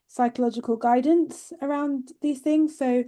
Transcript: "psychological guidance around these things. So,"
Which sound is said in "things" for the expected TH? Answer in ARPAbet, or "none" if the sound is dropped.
TH